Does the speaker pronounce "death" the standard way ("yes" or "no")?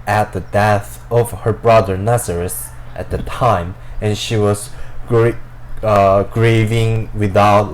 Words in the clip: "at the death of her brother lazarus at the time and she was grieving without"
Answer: yes